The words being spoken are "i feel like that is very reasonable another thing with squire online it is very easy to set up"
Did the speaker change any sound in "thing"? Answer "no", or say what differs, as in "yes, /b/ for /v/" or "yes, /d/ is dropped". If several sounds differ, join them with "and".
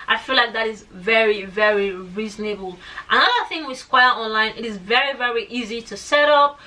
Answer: no